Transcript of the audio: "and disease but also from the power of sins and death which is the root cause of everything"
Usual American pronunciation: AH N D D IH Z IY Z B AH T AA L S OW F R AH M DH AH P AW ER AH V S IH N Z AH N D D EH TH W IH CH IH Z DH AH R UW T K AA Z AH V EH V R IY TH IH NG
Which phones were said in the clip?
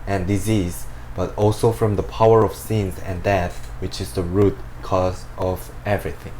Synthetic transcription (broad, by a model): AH N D D IH Z IY Z B AH T AA L S OW F R AH M DH AH P AW ER AH V S IH N Z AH N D D EH TH W IH CH IH Z DH AH R UW T K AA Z AH V EH V R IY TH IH NG